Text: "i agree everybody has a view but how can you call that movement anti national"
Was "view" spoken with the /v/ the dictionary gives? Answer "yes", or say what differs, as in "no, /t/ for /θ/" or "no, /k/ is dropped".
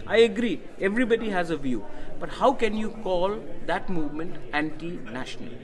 yes